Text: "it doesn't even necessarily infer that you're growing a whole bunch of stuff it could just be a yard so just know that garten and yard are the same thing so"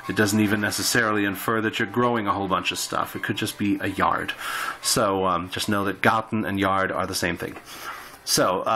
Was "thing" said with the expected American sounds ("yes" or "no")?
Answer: yes